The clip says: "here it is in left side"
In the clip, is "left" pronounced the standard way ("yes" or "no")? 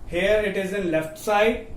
yes